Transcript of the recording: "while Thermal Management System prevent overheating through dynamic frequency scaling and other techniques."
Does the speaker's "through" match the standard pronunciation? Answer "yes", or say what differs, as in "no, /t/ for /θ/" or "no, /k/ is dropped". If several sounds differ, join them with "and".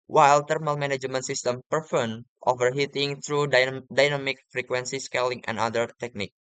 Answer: no, /t/ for /θ/